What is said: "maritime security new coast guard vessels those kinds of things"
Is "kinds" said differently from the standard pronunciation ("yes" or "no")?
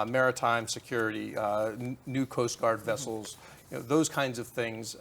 no